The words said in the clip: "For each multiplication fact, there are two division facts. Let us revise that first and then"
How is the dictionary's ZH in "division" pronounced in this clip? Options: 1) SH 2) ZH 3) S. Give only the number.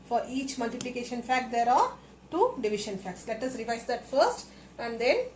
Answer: 1